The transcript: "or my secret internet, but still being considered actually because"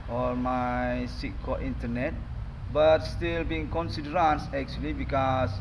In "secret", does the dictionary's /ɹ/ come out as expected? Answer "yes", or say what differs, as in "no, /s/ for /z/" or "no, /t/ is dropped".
no, /ɹ/ is dropped